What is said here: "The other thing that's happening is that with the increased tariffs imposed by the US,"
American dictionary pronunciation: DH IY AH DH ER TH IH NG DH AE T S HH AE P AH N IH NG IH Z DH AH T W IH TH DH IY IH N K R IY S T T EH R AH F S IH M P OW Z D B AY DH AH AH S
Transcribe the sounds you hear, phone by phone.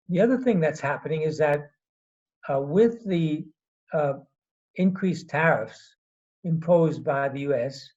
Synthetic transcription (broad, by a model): DH IY AH DH ER TH IH NG DH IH T S HH AE P AH N IH NG IH Z DH AH T W IH DH IY IH N K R IY S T T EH R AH F S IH M P OW Z B AY DH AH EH S